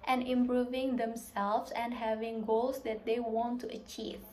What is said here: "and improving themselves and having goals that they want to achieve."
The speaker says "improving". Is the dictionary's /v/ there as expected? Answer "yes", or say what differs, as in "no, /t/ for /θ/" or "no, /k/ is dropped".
yes